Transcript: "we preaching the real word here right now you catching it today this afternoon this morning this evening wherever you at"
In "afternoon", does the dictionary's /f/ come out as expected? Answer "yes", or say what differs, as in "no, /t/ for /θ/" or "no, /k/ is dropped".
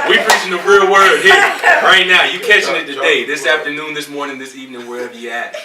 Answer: yes